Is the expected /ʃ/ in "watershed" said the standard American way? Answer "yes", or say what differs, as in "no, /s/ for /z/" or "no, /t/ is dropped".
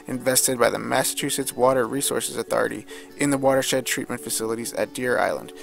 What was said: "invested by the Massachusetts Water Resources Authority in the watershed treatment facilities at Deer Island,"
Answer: yes